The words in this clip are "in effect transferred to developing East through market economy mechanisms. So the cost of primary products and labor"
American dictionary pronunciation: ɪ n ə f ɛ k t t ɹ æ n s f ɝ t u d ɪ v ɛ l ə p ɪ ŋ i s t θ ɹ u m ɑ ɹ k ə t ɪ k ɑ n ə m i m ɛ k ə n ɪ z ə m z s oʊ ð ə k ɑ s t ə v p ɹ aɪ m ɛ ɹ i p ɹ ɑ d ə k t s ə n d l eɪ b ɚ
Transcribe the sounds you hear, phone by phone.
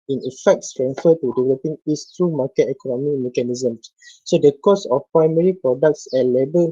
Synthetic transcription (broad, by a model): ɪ n ə f ɛ k t s ɹ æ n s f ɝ t u d ɪ v ɛ l ə p ɪ ŋ i s t ɹ u m ɑ k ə t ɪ k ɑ n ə m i m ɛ k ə n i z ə m s oʊ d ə k ɑ s ə f p ɹ aɪ m ɛ ɹ i p ɹ ɑ d ə k t s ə l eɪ b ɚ